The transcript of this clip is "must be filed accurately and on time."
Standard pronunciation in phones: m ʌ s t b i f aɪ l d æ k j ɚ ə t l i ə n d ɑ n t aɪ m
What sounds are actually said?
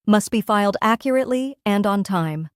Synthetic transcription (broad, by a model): m ʌ s t b i f aɪ l d æ k j ɚ ə t l i ə n d ɑ n t aɪ m